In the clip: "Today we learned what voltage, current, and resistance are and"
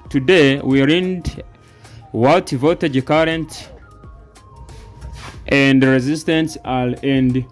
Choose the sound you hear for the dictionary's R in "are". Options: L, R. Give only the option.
L